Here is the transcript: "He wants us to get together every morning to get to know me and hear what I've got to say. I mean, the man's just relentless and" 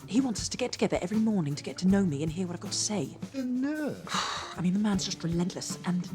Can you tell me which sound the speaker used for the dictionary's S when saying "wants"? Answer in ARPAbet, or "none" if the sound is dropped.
S